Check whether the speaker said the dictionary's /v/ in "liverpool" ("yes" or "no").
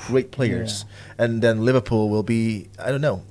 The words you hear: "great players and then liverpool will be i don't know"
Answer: yes